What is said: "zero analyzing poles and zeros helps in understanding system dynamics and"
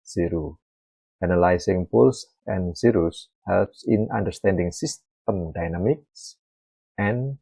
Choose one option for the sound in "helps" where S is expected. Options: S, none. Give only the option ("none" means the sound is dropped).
S